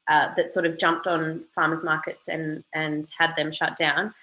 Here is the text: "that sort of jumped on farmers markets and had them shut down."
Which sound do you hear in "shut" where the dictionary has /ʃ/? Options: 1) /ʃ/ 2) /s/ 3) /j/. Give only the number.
1